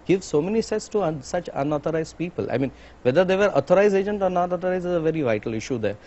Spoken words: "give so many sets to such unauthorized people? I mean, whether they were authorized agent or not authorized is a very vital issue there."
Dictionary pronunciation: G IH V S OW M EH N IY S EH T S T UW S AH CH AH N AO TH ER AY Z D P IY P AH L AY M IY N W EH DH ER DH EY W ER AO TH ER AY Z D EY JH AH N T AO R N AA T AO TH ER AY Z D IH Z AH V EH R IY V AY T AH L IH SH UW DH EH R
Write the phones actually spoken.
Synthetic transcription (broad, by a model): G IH V S OW M EH N IY S EH T S T UW S AH CH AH N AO T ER AY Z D P IY P AH L AY M IY N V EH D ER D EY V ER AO T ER AY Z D EY JH AH N T AO R N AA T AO T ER AY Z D IH Z AH V EH R IY V AY T AH L IH SH UW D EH R